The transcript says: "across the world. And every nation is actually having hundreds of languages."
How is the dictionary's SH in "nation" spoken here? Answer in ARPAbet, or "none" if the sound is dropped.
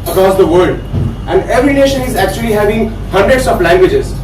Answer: SH